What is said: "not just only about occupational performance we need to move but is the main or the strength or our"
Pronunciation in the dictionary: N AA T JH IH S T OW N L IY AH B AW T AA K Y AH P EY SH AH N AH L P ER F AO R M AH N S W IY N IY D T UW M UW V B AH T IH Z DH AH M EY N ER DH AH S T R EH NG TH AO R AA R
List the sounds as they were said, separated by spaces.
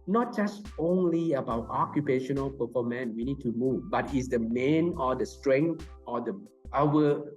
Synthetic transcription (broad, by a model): N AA T JH IH S T OW N L IY AH B AW T AA K Y AH P EY SH AH N AH L P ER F AO M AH N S W IY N IY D T UW M UW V B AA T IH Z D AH M EY N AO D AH S T R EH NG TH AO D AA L